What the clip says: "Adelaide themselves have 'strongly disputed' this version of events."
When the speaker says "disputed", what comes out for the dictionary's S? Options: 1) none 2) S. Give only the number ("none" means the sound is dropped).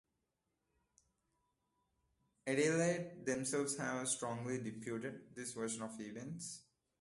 1